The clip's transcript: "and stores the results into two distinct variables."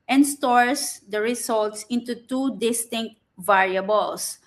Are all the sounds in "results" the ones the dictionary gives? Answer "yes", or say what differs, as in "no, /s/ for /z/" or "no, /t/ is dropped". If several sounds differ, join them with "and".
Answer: no, /s/ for /z/